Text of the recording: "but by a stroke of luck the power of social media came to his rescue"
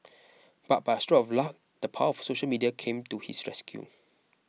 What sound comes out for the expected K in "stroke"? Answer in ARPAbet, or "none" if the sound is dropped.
none